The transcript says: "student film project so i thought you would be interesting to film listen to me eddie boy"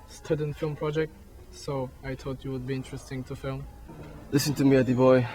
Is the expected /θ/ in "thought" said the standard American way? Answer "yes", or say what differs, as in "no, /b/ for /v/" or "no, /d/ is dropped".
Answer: no, /t/ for /θ/